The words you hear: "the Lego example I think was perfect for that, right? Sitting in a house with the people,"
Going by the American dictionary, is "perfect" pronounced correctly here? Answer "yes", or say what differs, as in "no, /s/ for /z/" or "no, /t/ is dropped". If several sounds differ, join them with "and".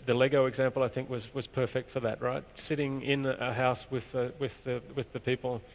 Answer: yes